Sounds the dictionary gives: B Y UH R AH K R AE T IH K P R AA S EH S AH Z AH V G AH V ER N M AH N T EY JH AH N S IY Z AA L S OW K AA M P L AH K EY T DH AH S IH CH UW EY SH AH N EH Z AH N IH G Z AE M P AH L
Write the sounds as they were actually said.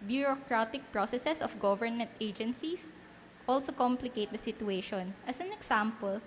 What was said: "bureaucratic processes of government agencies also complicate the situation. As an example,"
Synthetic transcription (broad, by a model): B Y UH R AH K R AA T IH K P R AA S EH S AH S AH F G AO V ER N M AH N T EY JH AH N S IY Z AA L S OW K AA M P L AH K EY T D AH S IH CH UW EY SH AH N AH S AH N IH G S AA M P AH L